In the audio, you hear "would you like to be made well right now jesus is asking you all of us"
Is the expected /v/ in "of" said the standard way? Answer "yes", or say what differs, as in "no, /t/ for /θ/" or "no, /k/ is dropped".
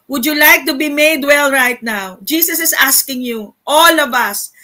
yes